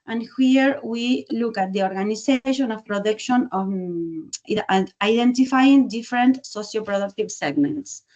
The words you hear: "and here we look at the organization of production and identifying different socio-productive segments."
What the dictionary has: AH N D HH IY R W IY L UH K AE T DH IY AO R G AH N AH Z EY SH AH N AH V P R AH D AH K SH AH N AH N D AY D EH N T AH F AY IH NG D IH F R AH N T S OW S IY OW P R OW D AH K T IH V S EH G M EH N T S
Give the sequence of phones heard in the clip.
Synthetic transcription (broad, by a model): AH N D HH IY R W IY L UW K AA T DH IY AO R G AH N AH S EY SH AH N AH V P R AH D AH K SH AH N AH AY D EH N T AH F AY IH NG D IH F R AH N T S OW S IY OW P R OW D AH K T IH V S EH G M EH N T S